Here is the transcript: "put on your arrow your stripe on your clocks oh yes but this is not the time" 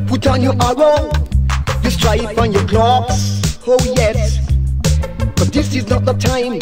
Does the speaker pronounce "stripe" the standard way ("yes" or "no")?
no